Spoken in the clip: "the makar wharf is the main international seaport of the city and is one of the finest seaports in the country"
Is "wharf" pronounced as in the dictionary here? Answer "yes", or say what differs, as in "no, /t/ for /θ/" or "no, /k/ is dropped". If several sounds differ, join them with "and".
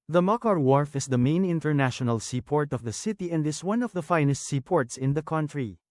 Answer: yes